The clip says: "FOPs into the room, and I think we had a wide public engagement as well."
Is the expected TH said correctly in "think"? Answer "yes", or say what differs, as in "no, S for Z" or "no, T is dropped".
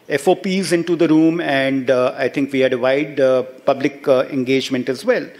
no, T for TH